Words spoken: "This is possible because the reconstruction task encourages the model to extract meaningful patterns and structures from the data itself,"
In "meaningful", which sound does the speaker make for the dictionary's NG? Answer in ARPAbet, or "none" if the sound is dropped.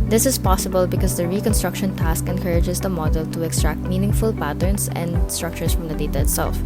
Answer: NG